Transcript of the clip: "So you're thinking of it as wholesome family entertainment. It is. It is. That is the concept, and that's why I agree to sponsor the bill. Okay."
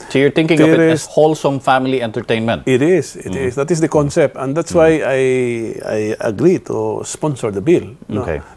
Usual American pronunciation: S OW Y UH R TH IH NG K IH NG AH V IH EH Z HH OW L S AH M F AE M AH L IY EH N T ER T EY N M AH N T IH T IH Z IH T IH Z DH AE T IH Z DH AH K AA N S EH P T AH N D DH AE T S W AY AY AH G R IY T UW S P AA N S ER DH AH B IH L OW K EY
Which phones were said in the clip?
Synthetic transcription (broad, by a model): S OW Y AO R T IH NG K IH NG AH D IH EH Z HH OW L S AH M F AE M AH L IY EH N T ER T EY N M AH N T IH T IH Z IH T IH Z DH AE T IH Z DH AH K AA N S EH P T AH N D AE T S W AY AY AH G R IY T UW S P AA N S ER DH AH B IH L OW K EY